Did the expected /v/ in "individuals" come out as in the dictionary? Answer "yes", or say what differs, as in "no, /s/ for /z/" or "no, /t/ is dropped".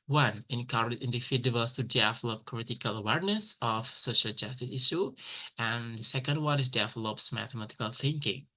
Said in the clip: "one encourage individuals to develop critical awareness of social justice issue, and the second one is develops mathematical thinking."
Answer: no, /f/ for /v/